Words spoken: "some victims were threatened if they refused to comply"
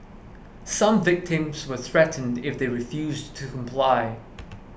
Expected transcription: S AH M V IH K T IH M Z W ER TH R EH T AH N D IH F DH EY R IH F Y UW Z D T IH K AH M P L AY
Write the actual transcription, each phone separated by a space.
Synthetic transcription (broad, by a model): S AH M V IH K T IH M Z W ER TH R EH T N D IH F DH EY R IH F Y UW Z T IH K AH M P L AY